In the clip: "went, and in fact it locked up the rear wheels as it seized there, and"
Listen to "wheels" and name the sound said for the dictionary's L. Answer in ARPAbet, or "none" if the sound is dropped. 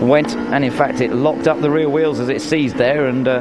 L